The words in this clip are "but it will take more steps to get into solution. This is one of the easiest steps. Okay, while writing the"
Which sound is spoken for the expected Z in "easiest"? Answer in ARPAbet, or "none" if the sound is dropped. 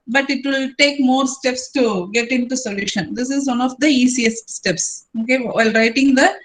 S